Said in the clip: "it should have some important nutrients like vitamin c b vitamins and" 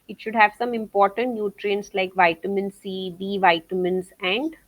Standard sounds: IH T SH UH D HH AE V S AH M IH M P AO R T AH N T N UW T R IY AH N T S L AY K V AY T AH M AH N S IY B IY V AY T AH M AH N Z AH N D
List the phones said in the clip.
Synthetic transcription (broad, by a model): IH T SH UH D HH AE V S AH M IH M P AO R T AH N T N UW T R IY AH N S L AY K V AY T AH M AH N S IY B IY V AY T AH M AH N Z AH N D